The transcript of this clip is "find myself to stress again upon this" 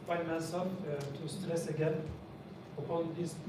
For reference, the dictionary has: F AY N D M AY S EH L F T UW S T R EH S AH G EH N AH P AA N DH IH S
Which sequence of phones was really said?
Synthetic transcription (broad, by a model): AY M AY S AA F T UW S T R EH S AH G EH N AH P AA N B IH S